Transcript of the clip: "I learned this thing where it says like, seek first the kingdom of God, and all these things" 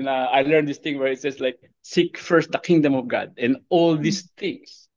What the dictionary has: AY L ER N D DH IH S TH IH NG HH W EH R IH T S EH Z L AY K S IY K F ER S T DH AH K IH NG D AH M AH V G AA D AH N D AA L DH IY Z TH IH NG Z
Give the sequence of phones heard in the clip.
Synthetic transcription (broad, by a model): AY L ER N D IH S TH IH NG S W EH R IH T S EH S L AY K S IY K F ER S T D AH K IH NG D AH M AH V G AA D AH N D AA L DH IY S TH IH NG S